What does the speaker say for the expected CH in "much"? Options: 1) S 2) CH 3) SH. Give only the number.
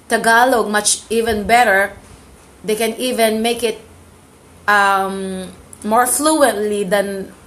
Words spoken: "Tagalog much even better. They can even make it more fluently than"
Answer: 2